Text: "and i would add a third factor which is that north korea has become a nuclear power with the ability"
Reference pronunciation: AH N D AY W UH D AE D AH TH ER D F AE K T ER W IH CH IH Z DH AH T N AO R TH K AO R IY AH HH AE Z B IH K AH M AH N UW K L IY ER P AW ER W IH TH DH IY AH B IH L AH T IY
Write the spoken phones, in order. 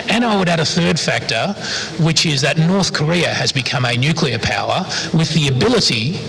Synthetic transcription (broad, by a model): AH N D AY W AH D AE D AH TH ER D F AE K T ER W IH CH IH Z DH AH T N AO R TH K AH R IY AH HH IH Z B IH K AH M AH N UW K L IY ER P AW ER W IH DH IY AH B IH L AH T IY